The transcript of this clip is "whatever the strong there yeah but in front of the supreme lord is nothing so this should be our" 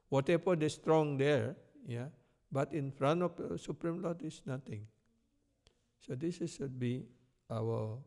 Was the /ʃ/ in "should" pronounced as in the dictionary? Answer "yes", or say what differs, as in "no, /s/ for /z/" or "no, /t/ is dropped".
no, /s/ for /ʃ/